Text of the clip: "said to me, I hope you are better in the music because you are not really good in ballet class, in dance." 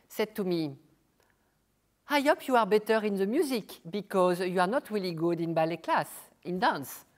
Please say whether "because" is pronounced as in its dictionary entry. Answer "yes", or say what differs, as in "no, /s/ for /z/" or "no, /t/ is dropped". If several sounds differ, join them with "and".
yes